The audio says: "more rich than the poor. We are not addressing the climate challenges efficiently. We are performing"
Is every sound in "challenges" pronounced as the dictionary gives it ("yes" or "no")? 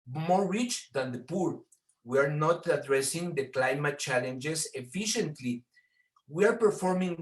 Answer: no